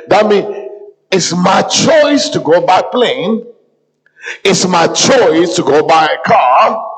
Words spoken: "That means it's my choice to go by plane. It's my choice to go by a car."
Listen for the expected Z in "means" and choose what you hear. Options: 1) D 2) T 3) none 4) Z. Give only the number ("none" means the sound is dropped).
3